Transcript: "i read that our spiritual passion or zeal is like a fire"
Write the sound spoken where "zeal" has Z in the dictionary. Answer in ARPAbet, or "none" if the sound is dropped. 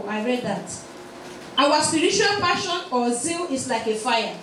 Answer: Z